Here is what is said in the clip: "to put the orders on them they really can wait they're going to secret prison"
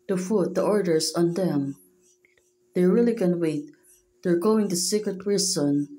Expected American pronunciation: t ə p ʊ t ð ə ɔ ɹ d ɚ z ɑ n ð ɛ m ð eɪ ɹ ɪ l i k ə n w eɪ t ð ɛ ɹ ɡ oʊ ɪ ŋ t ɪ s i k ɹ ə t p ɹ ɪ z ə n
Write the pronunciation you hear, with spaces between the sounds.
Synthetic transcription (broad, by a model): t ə f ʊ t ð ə ɔ ɹ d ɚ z ɑ n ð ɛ m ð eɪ ɹ ɪ l i k ə n w eɪ t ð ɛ ɹ ɡ oʊ ɪ ŋ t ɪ s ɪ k ɹ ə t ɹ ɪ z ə n